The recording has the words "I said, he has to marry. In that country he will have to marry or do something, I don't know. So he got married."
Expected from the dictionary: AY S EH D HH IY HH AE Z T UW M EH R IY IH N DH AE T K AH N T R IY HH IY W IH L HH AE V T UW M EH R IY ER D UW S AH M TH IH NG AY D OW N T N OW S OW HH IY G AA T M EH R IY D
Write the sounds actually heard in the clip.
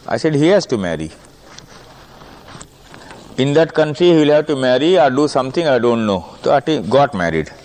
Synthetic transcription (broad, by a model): AY S EH D HH IY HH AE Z T UW M EH R IY IH N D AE T K AH N T R IY HH IY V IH L HH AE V T UW M EH R IY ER D UW S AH M T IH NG AY D OW N T N OW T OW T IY G AA T M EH R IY D